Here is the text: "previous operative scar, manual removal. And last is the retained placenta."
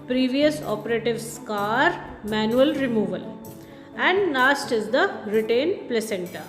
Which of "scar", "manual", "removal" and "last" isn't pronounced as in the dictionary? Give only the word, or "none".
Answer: last